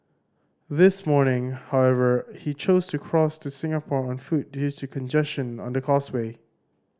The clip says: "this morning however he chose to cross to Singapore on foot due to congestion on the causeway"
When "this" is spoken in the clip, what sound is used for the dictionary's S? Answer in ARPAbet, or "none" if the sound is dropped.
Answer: S